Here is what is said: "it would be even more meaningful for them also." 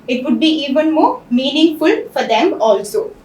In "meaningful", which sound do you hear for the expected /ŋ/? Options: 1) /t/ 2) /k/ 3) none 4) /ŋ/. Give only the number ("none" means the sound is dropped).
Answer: 4